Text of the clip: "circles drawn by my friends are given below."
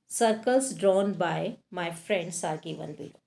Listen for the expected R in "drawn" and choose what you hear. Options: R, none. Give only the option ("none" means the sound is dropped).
R